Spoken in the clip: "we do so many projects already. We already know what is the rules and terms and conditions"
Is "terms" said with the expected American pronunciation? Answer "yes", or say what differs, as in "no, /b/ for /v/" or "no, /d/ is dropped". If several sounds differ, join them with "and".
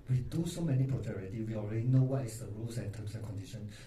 no, /s/ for /z/